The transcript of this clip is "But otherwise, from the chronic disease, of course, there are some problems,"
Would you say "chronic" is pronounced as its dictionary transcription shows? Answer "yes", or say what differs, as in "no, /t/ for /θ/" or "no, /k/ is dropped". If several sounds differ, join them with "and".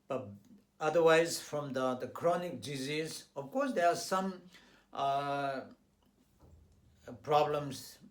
yes